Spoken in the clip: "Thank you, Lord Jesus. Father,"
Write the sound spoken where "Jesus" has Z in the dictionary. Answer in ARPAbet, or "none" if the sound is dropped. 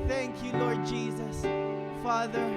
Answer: Z